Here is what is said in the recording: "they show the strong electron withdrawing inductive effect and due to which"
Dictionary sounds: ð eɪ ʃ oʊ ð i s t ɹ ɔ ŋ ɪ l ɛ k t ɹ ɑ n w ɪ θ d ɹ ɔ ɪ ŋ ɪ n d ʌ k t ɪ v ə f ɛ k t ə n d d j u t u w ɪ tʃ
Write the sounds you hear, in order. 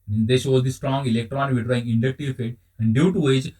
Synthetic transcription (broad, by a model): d eɪ ʃ oʊ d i s t ɹ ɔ ŋ ɪ l ɛ k t ɹ ɑ n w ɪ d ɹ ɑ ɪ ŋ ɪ n d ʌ k t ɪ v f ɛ t ə n d d j u t u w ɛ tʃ